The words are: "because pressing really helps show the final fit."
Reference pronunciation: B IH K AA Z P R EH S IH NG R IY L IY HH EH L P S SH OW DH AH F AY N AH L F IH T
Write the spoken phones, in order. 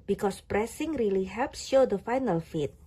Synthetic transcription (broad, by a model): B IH K AA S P R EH S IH NG R IY L IY HH EH L P S SH OW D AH F AY N AH L F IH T